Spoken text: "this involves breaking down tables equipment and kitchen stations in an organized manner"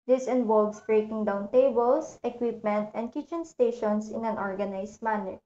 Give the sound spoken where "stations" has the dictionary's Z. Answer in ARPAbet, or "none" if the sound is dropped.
S